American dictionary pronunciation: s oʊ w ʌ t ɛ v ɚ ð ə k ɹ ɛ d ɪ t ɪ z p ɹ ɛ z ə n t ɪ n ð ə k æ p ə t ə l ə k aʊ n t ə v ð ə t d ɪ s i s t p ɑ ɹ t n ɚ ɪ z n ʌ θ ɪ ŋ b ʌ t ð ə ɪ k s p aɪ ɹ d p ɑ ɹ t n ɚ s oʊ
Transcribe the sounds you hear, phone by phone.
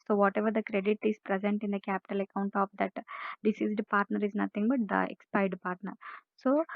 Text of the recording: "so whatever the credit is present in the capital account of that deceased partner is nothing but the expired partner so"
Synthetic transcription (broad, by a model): s oʊ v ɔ t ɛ v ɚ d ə k ɹ ɛ d ɪ t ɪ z p ɹ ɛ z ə n t ɪ n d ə k æ p ə t ə l ə k aʊ n t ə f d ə t d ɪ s i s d p ɑ ɹ t n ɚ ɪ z n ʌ t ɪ ŋ b ʌ t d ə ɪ k s p aɪ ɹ d p ɑ ɹ t n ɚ s oʊ